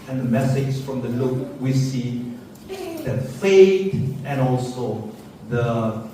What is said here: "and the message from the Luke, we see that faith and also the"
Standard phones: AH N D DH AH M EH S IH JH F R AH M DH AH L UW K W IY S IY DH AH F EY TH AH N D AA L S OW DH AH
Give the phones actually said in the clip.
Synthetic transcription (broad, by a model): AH N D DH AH M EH S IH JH F R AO M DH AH L UW K W IY S IY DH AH F EY T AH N AA L S OW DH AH